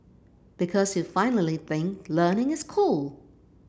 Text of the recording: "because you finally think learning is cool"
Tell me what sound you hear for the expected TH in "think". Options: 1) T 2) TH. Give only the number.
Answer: 2